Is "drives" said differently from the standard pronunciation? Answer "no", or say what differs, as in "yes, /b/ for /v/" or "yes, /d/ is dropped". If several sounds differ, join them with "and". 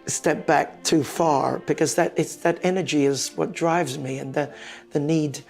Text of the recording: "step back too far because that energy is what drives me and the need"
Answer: no